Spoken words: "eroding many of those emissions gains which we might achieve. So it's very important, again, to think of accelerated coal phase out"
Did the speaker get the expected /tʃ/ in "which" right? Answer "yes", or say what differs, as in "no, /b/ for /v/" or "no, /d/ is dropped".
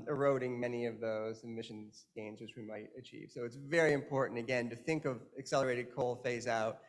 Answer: yes